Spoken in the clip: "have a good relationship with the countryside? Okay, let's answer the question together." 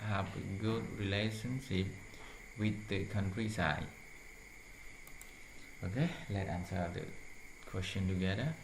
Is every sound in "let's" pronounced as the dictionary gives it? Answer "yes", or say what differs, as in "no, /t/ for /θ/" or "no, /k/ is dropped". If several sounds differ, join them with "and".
no, /s/ is dropped